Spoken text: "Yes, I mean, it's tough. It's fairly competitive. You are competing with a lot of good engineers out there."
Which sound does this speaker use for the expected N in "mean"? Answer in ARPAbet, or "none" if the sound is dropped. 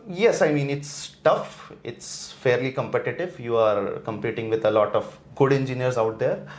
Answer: N